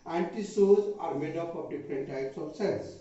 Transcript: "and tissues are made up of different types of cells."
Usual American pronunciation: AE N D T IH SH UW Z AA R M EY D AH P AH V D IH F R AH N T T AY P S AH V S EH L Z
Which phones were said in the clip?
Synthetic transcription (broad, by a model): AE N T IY S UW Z AA R M EY D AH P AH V D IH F R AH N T T AY P S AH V S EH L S